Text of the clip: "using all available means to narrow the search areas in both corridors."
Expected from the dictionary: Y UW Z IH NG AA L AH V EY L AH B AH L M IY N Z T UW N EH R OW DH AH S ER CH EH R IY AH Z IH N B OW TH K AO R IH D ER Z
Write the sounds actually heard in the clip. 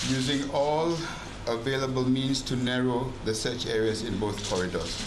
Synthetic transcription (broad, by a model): Y UW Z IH NG AA L AH V EY L AH B AH L M IY N S T UW N EH R OW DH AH S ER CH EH R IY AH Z IH N B OW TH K AO R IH D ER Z